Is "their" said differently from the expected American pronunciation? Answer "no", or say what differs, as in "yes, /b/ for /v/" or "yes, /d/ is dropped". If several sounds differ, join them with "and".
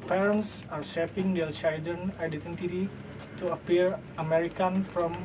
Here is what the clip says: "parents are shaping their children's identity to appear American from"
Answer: yes, /l/ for /ɹ/